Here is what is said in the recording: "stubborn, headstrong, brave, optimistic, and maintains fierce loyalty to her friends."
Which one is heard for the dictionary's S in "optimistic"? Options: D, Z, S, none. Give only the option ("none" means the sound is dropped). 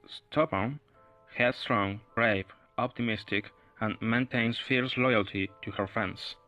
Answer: S